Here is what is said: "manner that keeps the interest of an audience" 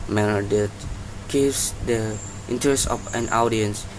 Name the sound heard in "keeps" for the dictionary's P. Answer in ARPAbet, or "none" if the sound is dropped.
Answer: none